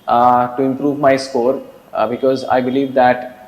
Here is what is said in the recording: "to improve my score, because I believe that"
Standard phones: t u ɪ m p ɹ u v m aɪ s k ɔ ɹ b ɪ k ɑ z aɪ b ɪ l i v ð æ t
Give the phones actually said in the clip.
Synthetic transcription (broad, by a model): t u ɪ m p ɹ u v m aɪ s k ɔ ɹ b ɪ k ɑ z aɪ b ɪ l i v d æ t